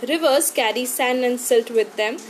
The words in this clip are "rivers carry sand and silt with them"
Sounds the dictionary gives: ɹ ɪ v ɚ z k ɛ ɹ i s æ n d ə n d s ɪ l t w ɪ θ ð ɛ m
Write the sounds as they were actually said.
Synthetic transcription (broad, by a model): ɹ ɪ v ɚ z k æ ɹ i s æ n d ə n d s ɪ l t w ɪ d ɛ m